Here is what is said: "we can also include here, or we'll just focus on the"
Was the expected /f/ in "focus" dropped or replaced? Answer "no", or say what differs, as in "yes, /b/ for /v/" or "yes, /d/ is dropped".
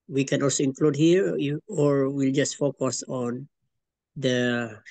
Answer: no